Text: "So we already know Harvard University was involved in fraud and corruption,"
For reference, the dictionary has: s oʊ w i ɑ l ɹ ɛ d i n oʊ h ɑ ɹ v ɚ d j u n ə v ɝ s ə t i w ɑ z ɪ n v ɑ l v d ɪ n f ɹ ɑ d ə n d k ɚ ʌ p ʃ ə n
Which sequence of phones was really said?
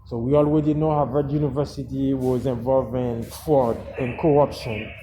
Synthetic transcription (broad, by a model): s oʊ w i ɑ l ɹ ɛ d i n oʊ h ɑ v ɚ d j u n ə v ɝ s ə t i w ɑ z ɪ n v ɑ l v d ɪ n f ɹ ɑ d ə n k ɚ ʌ p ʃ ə n